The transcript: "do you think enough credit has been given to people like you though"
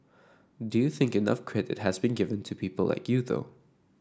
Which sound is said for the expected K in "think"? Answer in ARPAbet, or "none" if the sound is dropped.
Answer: K